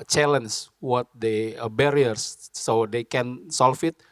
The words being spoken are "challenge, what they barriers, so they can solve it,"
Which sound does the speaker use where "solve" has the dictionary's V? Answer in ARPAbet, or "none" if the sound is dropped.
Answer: F